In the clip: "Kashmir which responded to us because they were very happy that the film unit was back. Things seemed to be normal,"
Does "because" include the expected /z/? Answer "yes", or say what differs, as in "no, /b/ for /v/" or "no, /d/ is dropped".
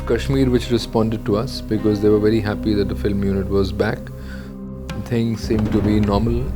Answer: yes